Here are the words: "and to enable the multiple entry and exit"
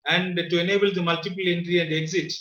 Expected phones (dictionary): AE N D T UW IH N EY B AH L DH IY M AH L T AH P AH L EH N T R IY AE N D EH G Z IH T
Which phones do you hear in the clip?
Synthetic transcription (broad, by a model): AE N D T UW IH N EY B AH L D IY M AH L T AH P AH L EH N T R IY AE N D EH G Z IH T